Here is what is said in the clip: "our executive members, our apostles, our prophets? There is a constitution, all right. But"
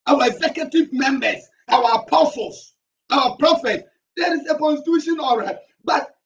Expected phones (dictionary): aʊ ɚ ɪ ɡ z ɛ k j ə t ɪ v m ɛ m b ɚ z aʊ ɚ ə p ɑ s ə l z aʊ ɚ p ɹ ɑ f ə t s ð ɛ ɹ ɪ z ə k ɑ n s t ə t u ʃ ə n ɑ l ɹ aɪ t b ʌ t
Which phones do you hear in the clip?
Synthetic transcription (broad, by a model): aʊ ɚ ɪ ɡ z ɛ k j ə t ɪ v m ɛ m b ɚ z aʊ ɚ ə p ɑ s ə l s aʊ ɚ p ɹ ɑ f ə t s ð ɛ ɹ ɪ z ə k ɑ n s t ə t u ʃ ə n ɑ l ɹ aɪ t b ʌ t